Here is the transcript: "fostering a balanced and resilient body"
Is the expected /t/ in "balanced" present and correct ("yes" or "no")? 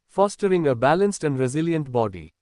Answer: yes